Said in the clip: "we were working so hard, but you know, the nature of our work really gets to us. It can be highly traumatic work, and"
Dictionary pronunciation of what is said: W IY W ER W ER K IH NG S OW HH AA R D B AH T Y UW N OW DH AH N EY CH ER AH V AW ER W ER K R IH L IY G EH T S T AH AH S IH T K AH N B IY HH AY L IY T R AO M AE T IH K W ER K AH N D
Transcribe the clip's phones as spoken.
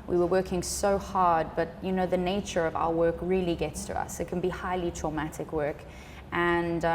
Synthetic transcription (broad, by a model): W IY W ER W ER K IH NG S OW HH AA R D B AH T Y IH N OW DH AH N EY CH ER AH V AW ER W ER K R IH L IY G EH T S T AH AH S IH T K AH N B IY HH AY L IY T R AO M AE T IH K W ER K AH N